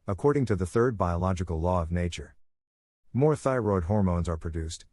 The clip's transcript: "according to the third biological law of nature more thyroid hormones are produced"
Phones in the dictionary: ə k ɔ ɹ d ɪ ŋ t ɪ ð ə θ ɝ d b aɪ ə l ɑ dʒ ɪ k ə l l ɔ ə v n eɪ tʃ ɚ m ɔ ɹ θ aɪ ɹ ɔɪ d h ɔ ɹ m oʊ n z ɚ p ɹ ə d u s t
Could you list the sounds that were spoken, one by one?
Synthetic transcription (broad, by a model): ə k ɔ ɹ d ɪ ŋ t ɪ ð ə θ ɝ d b aɪ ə l ɑ dʒ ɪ k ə l l ɔ ə v n eɪ tʃ ɚ m ɔ ɹ θ aɪ ɹ ɔɪ d h ɔ ɹ m oʊ n z ɚ p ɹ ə d u s t